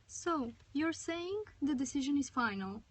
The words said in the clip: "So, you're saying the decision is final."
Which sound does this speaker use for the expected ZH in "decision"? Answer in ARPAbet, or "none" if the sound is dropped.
ZH